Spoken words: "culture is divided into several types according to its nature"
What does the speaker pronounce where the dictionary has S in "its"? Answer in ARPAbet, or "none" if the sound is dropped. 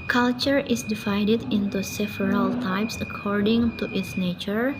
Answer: TH